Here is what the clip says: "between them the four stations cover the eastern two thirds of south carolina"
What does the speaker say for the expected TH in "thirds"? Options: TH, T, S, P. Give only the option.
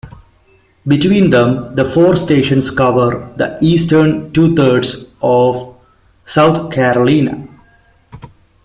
T